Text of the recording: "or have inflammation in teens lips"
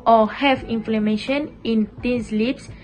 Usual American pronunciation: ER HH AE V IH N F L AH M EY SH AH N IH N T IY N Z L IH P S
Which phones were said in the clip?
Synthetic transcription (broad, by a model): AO HH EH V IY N F L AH M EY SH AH N IH N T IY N S L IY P S